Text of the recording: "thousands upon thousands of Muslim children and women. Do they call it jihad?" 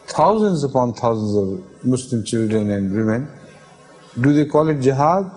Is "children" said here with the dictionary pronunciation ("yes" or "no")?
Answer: yes